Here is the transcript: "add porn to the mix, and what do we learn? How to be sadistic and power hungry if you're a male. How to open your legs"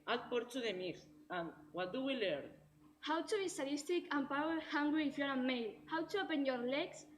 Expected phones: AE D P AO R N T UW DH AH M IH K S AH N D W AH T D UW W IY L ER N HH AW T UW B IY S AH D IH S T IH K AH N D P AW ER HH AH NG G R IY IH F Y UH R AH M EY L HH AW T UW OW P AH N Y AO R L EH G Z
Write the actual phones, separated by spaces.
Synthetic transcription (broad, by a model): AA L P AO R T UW DH AH M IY S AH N W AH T D UW W IY L ER N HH AW T UW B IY S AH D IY S T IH K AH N P AW ER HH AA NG G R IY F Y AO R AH M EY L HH AW T UW OW P AH N Y AO R L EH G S